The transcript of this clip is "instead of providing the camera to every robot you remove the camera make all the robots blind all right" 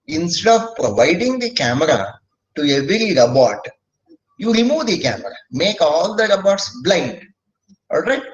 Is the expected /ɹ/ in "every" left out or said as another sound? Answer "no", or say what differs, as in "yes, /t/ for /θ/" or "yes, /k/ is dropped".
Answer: no